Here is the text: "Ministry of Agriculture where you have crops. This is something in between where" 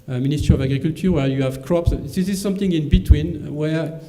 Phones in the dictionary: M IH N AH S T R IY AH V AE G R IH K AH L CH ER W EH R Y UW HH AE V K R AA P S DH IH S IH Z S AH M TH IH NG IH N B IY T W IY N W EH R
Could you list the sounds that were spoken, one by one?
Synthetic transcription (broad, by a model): M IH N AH S T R IY AH V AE G R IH K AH L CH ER W EH R Y UW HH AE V K R AA P S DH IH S IH Z S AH M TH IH NG IH N B IY T W IY N W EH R